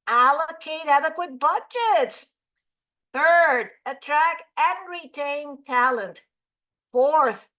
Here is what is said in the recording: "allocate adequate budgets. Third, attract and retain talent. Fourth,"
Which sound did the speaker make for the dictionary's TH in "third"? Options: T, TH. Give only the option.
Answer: TH